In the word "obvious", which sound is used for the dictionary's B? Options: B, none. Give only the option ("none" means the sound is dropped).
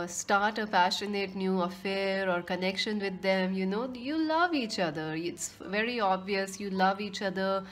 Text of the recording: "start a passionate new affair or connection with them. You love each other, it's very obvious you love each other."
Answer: B